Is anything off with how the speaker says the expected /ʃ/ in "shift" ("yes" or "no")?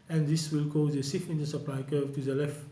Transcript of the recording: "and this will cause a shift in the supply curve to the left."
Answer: yes